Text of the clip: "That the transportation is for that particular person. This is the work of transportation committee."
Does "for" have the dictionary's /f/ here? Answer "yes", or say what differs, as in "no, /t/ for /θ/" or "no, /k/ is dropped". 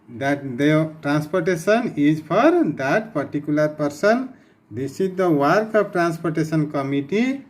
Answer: no, /p/ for /f/